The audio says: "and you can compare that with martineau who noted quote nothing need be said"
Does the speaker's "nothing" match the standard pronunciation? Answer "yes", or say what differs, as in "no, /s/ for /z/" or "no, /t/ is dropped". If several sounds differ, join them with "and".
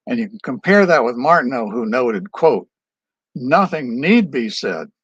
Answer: yes